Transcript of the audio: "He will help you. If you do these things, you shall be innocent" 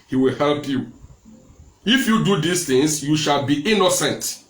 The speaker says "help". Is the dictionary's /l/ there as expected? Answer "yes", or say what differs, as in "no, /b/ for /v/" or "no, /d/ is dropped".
yes